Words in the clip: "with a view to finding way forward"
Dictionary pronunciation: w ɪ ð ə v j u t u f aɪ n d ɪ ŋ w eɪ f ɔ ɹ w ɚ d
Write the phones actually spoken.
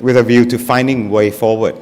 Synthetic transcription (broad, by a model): w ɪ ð ə v j u t u f aɪ n d ɪ ŋ w eɪ f ɔ w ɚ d